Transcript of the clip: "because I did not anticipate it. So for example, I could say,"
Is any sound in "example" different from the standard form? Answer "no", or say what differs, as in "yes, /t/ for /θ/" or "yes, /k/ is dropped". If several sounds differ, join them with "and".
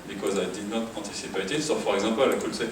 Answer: yes, /m/ is dropped